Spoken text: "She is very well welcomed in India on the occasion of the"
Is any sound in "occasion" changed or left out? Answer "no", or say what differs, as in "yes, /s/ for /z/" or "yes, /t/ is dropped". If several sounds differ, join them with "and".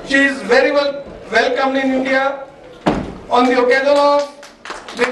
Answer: yes, /l/ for /n/